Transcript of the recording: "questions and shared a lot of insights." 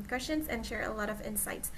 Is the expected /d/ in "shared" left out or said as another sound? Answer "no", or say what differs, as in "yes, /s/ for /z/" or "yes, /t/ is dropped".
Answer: yes, /d/ is dropped